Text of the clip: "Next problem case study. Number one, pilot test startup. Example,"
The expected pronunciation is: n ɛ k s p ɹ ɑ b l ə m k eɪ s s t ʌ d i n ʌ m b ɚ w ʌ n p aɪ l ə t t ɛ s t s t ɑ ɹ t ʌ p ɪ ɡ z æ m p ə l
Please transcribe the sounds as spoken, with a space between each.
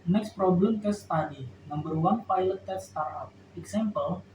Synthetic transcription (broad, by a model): n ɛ k s p ɹ ɑ b l ə m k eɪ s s t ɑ d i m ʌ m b ɚ w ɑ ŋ p aɪ l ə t t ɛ t s t ɑ ɹ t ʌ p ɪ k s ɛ m p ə l